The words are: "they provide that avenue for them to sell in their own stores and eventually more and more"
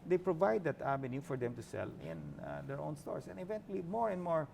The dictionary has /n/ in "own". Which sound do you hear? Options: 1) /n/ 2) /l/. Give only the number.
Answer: 1